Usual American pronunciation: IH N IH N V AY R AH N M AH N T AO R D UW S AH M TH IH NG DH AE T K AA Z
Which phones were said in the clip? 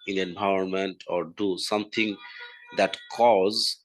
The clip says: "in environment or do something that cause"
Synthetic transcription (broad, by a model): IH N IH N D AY AH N M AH N T AO R D UW S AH M T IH NG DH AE T K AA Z